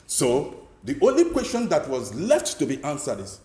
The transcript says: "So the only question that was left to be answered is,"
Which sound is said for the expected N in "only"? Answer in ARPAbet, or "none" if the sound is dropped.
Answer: N